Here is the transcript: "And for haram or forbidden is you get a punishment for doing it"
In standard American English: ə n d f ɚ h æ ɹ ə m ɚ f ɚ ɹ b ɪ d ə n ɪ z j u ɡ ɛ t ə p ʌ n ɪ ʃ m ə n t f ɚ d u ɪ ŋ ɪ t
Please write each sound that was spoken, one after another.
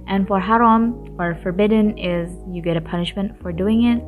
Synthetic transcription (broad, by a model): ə n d f ɚ h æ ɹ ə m ɚ f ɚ ɹ b ɪ d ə n ɪ z j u ɡ ɛ t ə p ʌ n ɪ ʃ m ə n t f ɚ d u ɪ ŋ ɪ t